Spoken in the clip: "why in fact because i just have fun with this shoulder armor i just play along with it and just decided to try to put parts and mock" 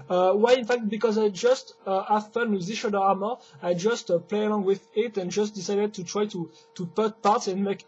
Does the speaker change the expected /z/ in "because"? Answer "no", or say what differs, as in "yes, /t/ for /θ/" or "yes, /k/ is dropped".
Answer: no